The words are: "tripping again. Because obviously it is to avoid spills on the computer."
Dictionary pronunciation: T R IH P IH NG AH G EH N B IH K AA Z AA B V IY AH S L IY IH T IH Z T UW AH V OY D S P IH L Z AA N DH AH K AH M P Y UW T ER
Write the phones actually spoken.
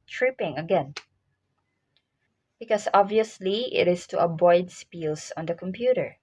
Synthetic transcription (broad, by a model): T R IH P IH NG AH G EH N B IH K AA S AA B V IY AH S L IY IH T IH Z T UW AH B OY D S P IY L S AA N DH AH K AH M P Y UW T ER